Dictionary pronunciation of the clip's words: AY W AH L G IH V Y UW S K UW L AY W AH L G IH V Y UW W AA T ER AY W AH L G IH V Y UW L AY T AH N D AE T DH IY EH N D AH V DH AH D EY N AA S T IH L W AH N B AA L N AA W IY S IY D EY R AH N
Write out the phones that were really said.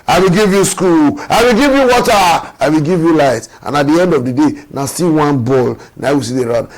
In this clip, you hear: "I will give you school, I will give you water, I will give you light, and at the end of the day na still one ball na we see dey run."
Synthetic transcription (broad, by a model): AY W AH L G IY V Y UW S K UW L AY W AH L G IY V Y UW W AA T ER AY W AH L G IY V Y UW L AY T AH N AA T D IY EH N D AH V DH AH D EY N AA S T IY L W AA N B AA L N AA W IY S IY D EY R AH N